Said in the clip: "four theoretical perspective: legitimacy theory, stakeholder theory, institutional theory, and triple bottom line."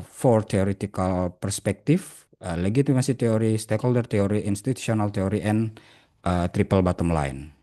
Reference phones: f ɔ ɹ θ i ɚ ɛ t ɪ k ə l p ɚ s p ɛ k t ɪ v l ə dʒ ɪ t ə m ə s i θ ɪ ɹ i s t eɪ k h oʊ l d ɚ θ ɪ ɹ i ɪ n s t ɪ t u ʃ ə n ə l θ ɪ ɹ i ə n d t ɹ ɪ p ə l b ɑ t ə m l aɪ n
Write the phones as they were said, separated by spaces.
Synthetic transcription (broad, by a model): f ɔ ɹ t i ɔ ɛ t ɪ k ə l p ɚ s p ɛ k t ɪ f l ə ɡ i t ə m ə s i t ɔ ɹ i s t eɪ k h oʊ l d ɚ t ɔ ɹ i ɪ n s t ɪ t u s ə n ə l t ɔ ɹ i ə n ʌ t ɹ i p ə l b ɑ t ə m l aɪ n